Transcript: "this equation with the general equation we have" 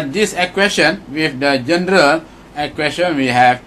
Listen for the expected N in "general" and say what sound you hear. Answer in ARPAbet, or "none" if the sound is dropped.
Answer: N